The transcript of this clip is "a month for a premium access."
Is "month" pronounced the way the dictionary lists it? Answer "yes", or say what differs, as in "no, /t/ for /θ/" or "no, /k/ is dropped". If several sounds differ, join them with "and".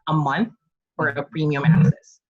yes